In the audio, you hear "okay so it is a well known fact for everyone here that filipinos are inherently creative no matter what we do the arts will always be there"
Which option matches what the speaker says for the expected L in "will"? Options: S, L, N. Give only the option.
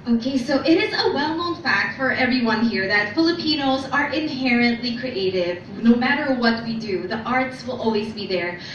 L